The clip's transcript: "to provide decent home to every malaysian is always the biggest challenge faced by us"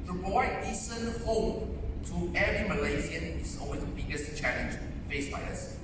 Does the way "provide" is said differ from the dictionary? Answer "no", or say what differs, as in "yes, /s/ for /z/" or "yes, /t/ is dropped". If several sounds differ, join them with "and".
yes, /v/ is dropped